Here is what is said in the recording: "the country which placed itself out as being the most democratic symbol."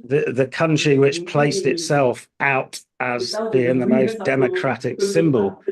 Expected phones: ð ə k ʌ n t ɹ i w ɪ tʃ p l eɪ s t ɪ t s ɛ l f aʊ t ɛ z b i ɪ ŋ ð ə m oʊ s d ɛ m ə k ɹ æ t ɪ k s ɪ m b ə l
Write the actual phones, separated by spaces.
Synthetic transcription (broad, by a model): ð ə k ʌ n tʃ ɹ i w ɪ tʃ p l eɪ s t ɪ t s ɛ l f aʊ t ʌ z b i ɪ ŋ ð ə m oʊ s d ɛ m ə k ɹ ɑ t ɪ k s ɪ m b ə l